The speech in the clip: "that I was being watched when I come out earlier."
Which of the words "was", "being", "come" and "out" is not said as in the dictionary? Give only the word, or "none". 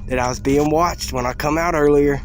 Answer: none